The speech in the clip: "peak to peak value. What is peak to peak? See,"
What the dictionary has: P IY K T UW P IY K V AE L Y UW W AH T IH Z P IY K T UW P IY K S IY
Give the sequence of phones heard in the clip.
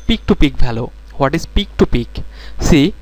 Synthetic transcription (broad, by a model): P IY K T UW P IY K B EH L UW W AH T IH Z P IY K T UW P IY K S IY